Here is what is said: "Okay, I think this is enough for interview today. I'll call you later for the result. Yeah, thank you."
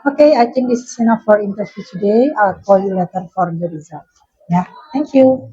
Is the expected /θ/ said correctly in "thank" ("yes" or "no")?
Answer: no